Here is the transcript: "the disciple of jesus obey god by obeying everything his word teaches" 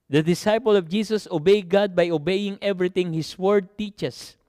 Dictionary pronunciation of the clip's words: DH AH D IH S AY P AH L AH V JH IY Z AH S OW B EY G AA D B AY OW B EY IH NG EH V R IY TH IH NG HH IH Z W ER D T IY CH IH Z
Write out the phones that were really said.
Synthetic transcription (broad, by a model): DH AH D IH S AY P AH L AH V JH IY S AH S OW B EY G AA D B AY OW B EY IH NG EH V R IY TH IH NG HH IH S W ER D T IY CH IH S